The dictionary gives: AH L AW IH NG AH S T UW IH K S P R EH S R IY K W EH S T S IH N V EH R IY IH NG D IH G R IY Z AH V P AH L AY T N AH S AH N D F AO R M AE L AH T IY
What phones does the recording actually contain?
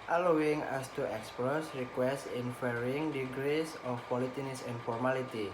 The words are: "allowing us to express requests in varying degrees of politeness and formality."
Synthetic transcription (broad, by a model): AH L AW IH NG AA S T UW IH K S P R EH S R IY K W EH S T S IH N F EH R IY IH NG D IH G R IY S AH F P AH L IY T N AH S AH N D F AO R M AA L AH T IY